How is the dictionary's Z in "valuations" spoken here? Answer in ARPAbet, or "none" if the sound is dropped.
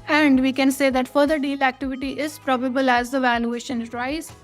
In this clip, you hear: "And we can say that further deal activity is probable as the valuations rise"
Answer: none